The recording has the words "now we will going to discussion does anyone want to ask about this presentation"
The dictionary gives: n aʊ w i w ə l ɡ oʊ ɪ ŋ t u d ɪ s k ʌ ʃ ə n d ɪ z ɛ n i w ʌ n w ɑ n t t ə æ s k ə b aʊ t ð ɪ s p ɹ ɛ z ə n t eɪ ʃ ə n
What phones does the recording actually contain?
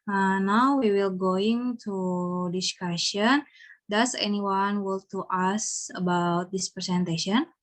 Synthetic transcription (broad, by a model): n aʊ w i w ə l ɡ oʊ ɪ ŋ t u d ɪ s k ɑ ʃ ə n d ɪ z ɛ n i w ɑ n w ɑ l t t ə s ə b aʊ t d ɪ s p ɹ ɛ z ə n t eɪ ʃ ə n